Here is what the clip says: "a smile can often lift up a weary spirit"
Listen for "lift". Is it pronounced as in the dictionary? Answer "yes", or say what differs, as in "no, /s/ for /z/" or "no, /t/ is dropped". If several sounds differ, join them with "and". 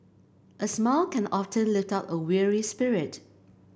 yes